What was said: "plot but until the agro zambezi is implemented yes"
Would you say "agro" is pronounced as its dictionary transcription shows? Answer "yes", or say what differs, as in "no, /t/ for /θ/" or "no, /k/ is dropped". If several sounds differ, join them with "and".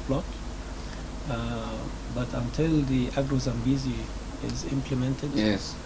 yes